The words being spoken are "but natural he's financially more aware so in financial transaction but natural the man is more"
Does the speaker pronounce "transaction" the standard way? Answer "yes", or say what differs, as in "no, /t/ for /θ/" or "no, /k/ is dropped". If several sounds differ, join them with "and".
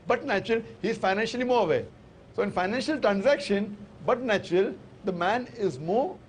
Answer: yes